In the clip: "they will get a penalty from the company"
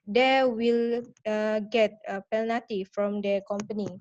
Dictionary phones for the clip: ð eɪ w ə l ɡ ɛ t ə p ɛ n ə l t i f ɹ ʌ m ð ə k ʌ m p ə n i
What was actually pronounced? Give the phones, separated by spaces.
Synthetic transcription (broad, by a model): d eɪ w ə l ɡ ɛ t ə p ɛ n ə t i f ɹ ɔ m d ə k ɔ m p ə n i